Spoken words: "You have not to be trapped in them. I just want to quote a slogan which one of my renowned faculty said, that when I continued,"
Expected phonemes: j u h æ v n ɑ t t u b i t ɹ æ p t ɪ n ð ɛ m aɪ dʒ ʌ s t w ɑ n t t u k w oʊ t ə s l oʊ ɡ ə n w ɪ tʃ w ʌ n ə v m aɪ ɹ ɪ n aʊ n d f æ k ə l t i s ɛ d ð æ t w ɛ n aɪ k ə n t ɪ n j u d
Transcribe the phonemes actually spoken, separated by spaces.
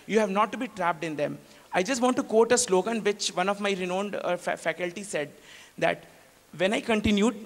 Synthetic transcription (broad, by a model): j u h æ v n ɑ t t u b i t ɹ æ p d ɪ n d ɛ m aɪ dʒ ʌ s t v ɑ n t t u k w oʊ t ə s l oʊ ɡ ə n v ɪ tʃ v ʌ n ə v m aɪ ɹ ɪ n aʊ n d f æ k ə l t i s ɛ d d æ t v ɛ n aɪ k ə n t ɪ n j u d